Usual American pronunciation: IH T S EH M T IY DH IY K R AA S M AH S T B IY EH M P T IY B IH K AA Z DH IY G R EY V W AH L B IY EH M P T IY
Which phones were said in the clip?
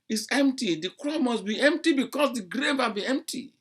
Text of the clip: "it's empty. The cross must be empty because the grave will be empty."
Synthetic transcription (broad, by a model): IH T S EH M T IY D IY K R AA M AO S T B IY EH M P T IY B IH K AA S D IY G R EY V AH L B IY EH M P T IY